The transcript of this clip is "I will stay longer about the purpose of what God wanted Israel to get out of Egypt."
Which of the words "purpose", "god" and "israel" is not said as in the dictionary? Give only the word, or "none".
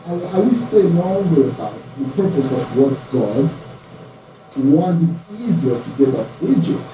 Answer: israel